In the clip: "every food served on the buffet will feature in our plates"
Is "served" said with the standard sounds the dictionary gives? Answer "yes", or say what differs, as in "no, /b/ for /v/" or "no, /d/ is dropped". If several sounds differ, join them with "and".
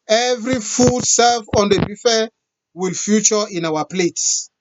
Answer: no, /d/ is dropped